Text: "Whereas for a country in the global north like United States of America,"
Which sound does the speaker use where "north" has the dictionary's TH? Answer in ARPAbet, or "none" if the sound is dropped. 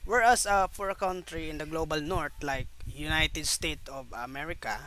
T